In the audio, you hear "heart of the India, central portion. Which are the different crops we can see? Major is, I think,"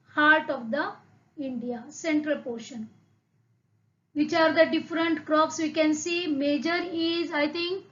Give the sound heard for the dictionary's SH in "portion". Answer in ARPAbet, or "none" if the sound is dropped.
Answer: SH